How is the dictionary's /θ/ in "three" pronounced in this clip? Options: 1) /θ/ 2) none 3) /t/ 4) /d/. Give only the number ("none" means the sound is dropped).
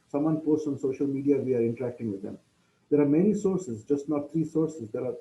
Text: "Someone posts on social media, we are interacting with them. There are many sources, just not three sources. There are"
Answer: 3